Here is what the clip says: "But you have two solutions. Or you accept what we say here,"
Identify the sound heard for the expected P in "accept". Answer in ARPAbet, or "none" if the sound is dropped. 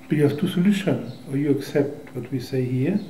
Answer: P